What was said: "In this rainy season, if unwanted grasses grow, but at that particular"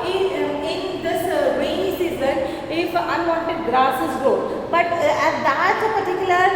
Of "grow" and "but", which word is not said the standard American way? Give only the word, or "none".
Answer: grow